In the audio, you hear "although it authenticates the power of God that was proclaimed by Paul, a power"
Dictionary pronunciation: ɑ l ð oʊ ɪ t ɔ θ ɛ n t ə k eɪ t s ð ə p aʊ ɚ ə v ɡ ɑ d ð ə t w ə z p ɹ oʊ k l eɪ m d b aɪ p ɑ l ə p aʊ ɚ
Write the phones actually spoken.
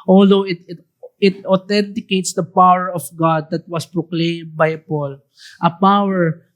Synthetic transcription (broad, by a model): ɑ l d oʊ ɪ t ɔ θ ɛ n t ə k eɪ t s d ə p aʊ ɚ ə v ɡ ɑ d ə t w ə s p ɹ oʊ k l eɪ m b aɪ p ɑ l ə p aʊ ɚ